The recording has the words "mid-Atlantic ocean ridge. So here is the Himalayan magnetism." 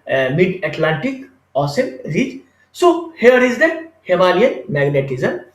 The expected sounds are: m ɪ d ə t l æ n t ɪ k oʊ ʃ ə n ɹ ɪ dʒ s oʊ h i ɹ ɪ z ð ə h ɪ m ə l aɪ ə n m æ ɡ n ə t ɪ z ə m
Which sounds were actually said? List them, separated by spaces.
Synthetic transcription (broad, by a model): m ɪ d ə t l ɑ n t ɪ k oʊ s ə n ɹ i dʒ s oʊ h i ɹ ɪ z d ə h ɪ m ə l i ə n m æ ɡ n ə t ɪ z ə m